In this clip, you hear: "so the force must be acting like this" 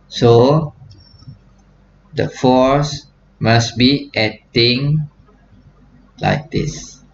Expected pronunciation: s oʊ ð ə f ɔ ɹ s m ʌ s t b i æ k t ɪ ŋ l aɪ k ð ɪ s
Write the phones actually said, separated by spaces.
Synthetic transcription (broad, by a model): s oʊ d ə f ɔ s m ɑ s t b i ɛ t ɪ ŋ l aɪ k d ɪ s